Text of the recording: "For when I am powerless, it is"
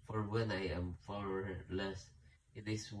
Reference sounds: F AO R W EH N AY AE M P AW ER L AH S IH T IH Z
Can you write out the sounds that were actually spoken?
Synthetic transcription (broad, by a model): F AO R W EH N AY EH M F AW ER L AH S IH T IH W